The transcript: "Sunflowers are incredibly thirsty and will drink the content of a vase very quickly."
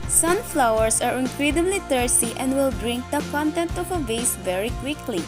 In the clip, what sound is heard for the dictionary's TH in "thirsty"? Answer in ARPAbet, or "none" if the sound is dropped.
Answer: T